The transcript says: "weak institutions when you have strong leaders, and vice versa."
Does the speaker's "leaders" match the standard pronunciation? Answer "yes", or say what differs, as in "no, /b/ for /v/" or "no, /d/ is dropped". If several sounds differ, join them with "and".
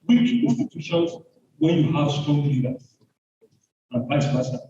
no, /z/ is dropped